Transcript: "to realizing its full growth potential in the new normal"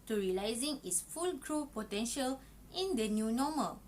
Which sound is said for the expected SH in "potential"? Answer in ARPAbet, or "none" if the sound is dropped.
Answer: SH